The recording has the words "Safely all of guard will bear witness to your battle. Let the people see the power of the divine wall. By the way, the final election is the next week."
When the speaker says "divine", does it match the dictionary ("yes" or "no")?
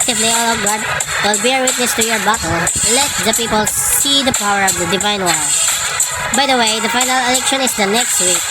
yes